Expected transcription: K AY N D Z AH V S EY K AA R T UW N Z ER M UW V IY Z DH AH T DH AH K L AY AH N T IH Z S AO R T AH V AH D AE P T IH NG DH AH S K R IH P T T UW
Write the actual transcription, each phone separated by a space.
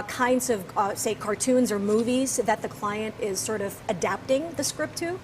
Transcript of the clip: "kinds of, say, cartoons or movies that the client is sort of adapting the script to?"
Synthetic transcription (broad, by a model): K AY N D Z AH V S EY K AA R T UW N Z ER M UW V IY Z DH AH T DH AH K L AY AH N T IH Z S AO R T AH V AH D AE P T IH NG DH AH S K R IH P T T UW